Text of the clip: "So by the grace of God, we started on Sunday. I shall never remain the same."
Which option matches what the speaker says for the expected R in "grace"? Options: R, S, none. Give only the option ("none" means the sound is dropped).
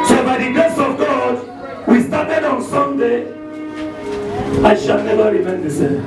none